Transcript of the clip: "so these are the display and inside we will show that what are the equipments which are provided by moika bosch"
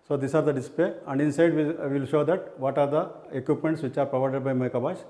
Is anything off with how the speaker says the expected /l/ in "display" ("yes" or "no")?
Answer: yes